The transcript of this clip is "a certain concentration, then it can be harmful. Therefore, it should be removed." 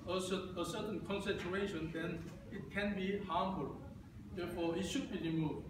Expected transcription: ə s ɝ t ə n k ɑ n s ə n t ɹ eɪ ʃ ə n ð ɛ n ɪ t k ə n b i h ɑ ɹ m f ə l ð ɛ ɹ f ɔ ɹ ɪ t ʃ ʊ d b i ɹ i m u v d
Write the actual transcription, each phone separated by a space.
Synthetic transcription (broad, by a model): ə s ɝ s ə n k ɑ n s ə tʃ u eɪ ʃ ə n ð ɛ n ɪ t k ə n b i h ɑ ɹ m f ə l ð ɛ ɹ f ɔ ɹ ɪ t ʃ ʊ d b i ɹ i m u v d